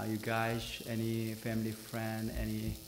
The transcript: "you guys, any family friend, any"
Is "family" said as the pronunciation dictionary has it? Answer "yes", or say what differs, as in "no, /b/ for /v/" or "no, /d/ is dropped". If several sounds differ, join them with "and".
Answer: yes